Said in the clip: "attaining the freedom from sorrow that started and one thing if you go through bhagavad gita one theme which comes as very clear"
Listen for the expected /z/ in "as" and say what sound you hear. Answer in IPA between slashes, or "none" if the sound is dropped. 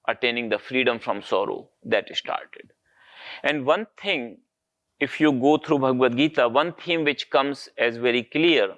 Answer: /z/